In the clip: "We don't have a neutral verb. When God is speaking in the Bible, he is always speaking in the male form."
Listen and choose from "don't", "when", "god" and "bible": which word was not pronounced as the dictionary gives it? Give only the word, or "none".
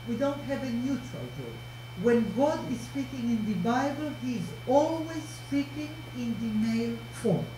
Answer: none